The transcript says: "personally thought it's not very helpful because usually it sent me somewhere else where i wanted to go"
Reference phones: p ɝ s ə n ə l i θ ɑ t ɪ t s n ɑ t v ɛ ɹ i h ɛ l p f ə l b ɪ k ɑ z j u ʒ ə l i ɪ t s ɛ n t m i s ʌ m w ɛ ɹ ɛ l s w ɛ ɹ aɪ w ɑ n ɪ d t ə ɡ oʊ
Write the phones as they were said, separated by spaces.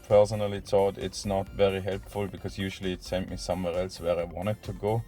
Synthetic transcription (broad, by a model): p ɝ s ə n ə l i t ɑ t ɪ t s n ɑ t v ɛ ɹ i h ɛ l p f ə l b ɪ k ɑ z j u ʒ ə l i ɪ t s ɛ n t m i s ʌ m w ɛ ɹ ɛ l s w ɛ ɹ aɪ w ɑ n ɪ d t ə ɡ oʊ